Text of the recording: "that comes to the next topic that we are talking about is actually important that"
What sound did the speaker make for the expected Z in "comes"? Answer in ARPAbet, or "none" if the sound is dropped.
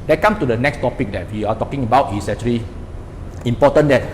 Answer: none